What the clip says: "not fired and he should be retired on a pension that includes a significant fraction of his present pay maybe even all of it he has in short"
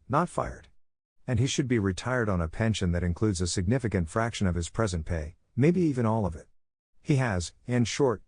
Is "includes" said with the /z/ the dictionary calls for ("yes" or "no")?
yes